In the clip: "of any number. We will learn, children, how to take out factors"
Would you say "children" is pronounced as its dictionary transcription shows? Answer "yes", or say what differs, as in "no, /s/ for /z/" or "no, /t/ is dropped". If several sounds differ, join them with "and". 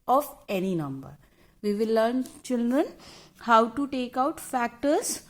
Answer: yes